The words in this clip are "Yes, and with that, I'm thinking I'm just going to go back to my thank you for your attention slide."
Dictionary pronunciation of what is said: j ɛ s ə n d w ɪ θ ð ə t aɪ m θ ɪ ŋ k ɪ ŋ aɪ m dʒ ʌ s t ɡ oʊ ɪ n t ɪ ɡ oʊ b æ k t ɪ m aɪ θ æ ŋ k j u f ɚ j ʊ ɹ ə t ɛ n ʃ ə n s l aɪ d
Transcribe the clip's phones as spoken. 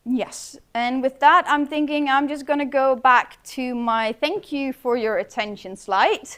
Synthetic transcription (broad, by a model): j ɛ s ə n w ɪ ð ə t aɪ m θ ɪ ŋ k ɪ ŋ aɪ m dʒ ʌ s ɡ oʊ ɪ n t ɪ ɡ oʊ b æ k t ɪ m aɪ θ æ ŋ k j u f ɚ j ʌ ɹ ə t ɛ n ʃ ə n s l aɪ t